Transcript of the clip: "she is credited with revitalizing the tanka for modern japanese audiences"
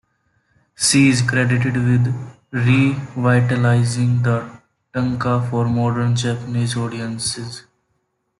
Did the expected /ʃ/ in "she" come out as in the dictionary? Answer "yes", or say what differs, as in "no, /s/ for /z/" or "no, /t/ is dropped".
no, /s/ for /ʃ/